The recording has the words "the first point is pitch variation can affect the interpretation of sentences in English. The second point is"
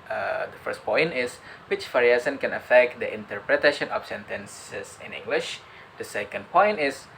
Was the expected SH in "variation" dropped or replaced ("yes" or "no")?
yes